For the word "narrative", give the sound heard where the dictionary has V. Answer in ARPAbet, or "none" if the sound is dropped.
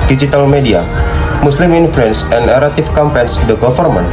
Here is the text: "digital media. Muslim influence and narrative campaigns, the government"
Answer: F